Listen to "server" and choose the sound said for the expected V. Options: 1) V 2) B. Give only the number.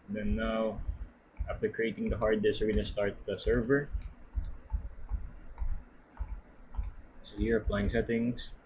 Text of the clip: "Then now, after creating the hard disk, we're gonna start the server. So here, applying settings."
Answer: 1